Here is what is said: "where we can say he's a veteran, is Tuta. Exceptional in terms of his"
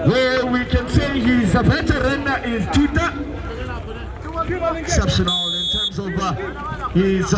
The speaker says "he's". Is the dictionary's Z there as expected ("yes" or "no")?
yes